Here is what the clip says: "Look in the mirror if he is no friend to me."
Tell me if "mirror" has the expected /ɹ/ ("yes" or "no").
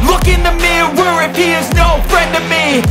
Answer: no